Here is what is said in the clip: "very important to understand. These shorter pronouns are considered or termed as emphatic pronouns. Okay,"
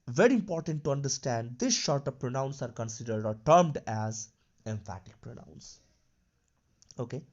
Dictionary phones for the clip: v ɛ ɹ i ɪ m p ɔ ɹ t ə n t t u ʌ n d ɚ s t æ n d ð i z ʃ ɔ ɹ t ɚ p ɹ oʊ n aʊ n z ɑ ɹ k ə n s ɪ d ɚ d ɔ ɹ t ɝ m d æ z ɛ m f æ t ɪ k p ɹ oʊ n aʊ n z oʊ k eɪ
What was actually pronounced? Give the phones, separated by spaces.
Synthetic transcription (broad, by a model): v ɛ ɹ i ɪ m p ɔ ɹ t ə n t t u ʌ n d ɚ s t æ n d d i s ʃ ɔ ɹ t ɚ p ɹ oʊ n aʊ n s ɑ ɹ k ə n s ɪ d ɚ d ɔ ɹ t ɝ m d æ z ɛ m f æ t ɪ k p ɹ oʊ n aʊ n s oʊ k eɪ